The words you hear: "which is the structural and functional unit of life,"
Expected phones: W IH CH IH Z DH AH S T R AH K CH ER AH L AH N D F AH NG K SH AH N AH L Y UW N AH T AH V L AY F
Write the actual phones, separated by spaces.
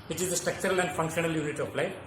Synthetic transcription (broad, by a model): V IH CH IH Z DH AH S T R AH K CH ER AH L AH N D F AH NG K SH AH N AH L Y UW N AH T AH P L AY